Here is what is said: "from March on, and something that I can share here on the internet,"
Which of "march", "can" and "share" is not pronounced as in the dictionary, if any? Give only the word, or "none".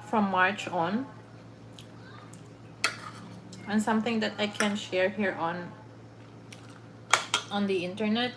none